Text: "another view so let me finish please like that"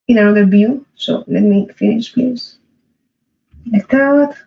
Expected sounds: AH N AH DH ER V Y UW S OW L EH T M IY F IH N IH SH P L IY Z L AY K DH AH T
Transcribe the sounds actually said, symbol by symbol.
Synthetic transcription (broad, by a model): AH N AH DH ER B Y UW S OW L EH T M IY F IH N IH SH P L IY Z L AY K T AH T